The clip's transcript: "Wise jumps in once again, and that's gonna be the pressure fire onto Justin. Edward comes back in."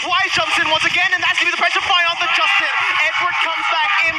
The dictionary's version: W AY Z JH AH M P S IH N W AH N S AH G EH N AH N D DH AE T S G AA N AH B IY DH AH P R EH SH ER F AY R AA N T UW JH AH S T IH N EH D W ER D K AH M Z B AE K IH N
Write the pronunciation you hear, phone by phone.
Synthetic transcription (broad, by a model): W AY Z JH AH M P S IH N W AH N S AH G EH N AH N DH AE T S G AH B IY DH AH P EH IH S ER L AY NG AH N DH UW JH AH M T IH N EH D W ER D K AH M Z B AE K IH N